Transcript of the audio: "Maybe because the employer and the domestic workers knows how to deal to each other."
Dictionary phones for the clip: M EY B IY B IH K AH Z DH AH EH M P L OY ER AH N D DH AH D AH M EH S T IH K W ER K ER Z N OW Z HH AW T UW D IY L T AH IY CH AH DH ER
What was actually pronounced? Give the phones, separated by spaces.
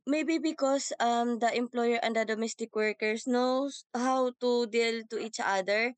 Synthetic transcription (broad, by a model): M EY B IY B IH K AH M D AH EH M P L OY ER AH N D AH D AH M EH S T IH K W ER K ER S N OW S HH AW T UW D IY L T AH IY CH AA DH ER